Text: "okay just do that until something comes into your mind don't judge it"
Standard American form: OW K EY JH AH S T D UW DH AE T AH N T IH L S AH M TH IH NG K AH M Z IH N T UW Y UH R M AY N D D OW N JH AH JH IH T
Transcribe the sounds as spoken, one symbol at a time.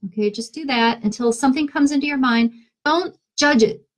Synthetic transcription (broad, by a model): OW K EY JH AH S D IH DH AE T AH N T IH L S AH M TH IH NG K AH M Z IH N T UW Y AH R M AY N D D OW N JH AH JH IH T